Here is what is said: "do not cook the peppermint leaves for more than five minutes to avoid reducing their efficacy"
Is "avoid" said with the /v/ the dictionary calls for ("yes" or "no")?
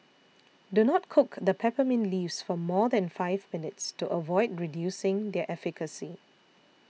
yes